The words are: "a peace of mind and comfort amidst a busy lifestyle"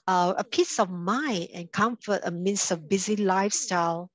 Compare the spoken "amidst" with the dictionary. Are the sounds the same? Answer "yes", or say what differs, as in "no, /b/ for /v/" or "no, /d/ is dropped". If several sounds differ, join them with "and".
no, /t/ is dropped